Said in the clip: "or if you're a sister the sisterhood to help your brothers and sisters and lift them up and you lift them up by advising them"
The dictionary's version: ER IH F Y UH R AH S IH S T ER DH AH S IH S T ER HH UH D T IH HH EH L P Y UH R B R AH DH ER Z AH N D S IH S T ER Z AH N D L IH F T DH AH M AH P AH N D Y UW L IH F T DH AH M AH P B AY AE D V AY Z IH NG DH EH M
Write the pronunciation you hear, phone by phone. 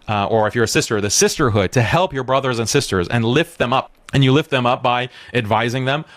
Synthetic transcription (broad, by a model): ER IH F Y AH R AH S IH S T ER DH AH S IH S T ER HH UH D T IH HH EH L P Y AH R B R AH DH ER Z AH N S IH S T ER Z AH N L IH F T DH AH M AH P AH N Y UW L IH F T DH AH M AH P B AY AE D V AY Z IH NG DH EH M